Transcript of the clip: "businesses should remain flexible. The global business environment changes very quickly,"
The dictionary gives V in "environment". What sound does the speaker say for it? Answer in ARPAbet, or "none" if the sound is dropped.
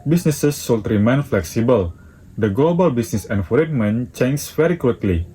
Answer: F